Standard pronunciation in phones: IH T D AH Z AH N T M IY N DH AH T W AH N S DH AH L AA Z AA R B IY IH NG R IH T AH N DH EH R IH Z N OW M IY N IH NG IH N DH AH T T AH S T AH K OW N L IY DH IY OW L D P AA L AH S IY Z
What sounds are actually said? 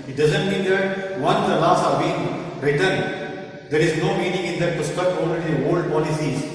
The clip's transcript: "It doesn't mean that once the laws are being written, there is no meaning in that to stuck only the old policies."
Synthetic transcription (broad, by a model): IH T D AH Z AH N T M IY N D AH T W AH N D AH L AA S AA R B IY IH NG R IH T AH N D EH R IH Z N OW M IY N IH NG IH N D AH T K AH S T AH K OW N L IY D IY OW L D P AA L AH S IY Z